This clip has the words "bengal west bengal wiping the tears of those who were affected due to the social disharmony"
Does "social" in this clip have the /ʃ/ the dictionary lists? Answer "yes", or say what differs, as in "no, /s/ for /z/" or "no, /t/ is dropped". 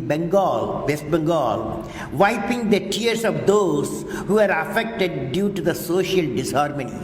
yes